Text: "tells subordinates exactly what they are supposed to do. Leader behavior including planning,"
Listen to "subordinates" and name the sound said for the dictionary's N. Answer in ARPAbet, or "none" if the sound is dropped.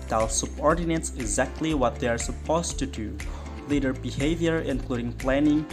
N